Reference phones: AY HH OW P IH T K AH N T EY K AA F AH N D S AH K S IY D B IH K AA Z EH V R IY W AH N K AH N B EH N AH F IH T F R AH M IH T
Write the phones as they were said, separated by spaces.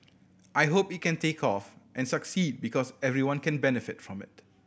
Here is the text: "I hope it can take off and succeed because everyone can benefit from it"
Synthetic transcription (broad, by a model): AY HH OW P IH T K AH N T EY K AA F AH N S AH K S IY D B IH K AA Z EH V R IY W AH N K AH N B EH N AH F IH T F R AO M IH T